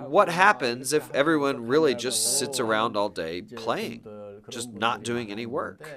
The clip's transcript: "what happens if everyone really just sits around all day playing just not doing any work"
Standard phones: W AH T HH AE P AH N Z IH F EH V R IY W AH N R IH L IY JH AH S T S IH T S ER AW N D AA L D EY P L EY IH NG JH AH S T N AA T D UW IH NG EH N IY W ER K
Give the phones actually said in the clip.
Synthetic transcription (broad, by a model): W AH T HH AE P AH N Z IH F EH V R IY W AH N R IH L IY JH AH S T S IH T S ER AW N D AA L D EY P L EY IH NG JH AH S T N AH T D UW IH NG EH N IY W ER K